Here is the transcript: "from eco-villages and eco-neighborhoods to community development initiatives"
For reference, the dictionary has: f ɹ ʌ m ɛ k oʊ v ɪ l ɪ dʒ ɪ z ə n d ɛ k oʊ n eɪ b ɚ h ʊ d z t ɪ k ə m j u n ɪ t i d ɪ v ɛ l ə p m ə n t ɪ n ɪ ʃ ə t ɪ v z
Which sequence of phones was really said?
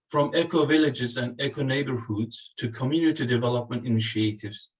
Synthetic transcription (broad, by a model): f ɹ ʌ m ɛ k oʊ v ɪ l ɪ dʒ ɪ z ə n d ɛ k oʊ n eɪ b ɚ h ʊ d z t ɪ k ə m j u n ɪ t i d ɪ v ɛ l ə p m ə n t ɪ n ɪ ʃ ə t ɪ v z